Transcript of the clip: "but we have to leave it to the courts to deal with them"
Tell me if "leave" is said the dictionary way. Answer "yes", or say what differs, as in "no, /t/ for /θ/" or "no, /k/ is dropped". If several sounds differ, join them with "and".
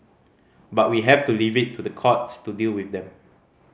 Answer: yes